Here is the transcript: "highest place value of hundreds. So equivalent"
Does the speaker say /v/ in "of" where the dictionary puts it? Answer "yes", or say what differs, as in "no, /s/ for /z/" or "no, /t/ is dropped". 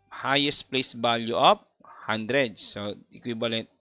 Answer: no, /p/ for /v/